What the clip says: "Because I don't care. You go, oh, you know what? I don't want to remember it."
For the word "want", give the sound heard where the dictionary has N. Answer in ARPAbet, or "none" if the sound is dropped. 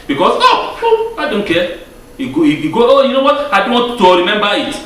none